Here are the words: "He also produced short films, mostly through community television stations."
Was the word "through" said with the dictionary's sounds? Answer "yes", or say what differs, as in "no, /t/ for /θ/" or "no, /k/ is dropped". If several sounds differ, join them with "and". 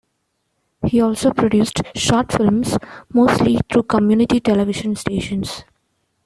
no, /t/ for /θ/